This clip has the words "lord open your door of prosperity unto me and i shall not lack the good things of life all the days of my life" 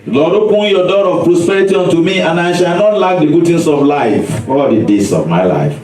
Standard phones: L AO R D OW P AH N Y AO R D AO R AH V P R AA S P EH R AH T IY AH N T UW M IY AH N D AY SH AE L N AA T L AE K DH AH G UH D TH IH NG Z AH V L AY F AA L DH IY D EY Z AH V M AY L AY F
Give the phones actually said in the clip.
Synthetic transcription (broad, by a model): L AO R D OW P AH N Y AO D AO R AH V P R AA S P EH R AH T IY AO N T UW M IY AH N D AY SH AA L N AA T L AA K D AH G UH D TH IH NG S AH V L AY F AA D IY D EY S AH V M AY L AY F